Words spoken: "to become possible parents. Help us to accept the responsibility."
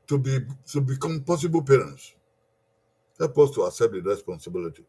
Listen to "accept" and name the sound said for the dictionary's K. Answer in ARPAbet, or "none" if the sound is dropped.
none